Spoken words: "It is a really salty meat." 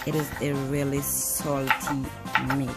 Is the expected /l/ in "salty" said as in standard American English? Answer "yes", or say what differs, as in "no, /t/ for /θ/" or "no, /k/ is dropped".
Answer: yes